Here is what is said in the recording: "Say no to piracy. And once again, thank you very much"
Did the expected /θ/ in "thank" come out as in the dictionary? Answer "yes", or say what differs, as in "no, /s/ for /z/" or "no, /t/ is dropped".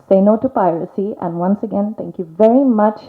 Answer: no, /t/ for /θ/